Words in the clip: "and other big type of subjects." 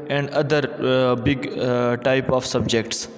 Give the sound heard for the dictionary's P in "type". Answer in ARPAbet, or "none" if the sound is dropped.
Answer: P